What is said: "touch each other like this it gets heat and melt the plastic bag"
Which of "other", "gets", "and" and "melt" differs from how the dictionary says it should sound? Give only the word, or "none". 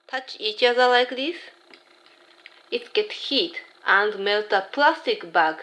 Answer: gets